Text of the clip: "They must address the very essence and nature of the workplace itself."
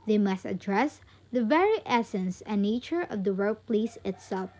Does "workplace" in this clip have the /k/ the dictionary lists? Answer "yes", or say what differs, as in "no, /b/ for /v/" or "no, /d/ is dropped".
no, /k/ is dropped